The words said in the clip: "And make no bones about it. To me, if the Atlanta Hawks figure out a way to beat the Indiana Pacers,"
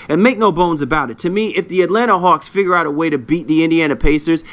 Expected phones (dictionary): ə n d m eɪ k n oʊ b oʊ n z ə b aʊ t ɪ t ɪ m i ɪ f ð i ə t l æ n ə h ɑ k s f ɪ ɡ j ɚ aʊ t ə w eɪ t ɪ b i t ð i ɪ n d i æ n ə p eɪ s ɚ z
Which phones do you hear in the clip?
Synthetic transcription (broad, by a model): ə n m eɪ k n oʊ b oʊ n z ə b aʊ t ɪ t ɪ m i ɪ f ð i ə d l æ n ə h ɑ k s f ɪ ɡ j ɚ aʊ t ə w eɪ t ɪ b i t ð i ɪ n d i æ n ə p eɪ s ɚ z